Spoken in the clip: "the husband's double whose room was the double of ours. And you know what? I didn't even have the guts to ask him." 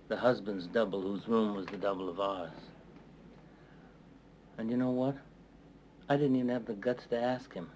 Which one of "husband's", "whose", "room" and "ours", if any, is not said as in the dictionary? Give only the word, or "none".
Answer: none